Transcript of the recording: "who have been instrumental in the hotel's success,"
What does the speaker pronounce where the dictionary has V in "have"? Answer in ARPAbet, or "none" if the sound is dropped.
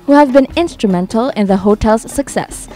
V